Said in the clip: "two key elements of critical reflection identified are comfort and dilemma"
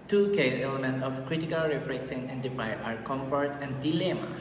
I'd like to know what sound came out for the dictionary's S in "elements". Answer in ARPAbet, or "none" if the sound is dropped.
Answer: none